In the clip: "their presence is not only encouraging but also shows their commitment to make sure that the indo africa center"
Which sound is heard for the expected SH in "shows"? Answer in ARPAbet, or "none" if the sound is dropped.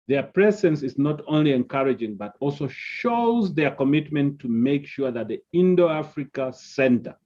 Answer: SH